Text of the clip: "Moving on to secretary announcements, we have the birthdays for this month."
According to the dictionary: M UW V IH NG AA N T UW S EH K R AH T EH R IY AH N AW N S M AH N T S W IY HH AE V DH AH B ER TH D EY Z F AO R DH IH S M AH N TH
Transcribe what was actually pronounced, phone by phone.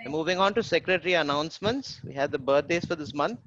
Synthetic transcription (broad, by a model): M UW V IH NG AA N T UW S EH K R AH T R IY AH N AW N S M AH N T S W IY HH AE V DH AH B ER T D EY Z F AO R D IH S M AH N